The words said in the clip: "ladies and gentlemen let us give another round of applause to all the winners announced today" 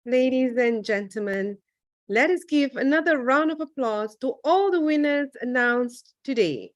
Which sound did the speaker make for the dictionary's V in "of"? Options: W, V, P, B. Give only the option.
V